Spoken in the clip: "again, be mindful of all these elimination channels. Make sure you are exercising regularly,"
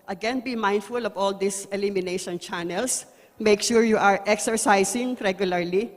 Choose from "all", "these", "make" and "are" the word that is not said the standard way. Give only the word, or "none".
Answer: these